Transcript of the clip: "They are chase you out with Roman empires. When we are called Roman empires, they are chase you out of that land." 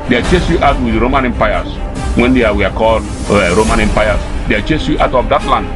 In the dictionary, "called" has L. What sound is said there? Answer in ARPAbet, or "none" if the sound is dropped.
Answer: L